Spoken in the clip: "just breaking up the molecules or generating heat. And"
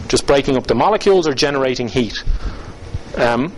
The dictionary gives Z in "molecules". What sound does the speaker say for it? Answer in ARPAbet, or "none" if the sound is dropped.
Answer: Z